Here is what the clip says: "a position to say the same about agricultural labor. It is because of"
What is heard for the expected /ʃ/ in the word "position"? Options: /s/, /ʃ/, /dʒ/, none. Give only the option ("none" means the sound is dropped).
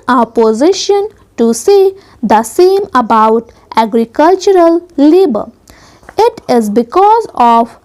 /ʃ/